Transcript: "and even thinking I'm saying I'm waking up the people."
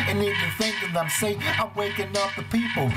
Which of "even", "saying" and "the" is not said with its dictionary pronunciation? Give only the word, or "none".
even